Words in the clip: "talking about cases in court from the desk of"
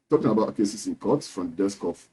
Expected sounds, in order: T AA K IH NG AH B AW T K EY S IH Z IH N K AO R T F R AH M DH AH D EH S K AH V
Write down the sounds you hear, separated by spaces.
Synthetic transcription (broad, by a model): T AA K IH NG AH B AW T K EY S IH S IH N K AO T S F R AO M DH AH D EH S K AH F